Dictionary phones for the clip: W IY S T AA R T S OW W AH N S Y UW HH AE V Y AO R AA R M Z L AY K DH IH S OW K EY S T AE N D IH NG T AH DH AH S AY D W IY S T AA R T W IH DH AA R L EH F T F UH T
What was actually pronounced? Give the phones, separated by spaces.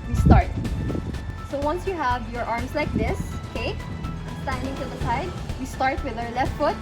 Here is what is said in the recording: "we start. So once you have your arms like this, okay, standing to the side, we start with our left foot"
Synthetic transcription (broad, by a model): W IY S T AA R T S OW W AH N S Y UW HH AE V Y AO R AA R M S L AY K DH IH S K EY S T AE N D IH NG T AH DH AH S AY D W IY S T AA R T W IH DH AA R L EH F T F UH T